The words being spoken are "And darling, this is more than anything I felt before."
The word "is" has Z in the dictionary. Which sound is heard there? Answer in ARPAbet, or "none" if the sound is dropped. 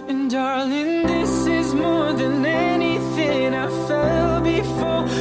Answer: Z